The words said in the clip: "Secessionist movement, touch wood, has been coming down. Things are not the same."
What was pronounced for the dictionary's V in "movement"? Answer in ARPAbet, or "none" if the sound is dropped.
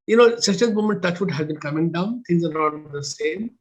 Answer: none